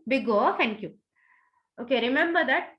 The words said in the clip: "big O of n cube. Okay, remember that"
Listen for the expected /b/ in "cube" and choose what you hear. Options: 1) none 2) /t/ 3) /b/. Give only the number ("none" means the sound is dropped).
1